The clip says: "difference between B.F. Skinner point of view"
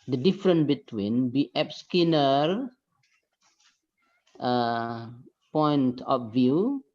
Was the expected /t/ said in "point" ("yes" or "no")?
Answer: yes